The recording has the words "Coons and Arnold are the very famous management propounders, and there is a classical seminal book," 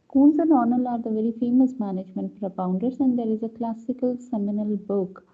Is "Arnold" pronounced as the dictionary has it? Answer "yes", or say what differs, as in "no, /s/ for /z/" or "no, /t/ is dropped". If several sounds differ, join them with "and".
no, /d/ is dropped